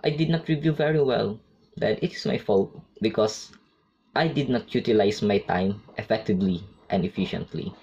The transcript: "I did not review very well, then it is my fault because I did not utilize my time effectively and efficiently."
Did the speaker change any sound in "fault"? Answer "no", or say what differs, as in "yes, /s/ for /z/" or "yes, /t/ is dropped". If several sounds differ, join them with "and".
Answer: no